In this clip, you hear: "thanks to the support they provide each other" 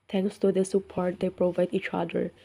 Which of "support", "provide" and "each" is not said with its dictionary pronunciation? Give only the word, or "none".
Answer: none